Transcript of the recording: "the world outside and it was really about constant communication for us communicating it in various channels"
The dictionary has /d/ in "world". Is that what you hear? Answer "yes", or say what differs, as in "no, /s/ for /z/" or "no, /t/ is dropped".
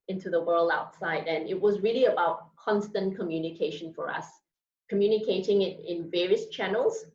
yes